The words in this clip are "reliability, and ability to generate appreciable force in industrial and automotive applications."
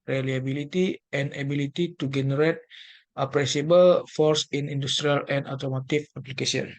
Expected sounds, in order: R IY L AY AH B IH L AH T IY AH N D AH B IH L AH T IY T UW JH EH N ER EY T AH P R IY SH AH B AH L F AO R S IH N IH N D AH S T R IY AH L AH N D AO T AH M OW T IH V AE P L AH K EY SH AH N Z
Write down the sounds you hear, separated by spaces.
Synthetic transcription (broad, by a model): R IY L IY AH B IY L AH T IY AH N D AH B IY L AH T IY T UW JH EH N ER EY T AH P R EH S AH B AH L F AO R S IH N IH N D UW S T R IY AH L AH N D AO T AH M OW T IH F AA P L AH K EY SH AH N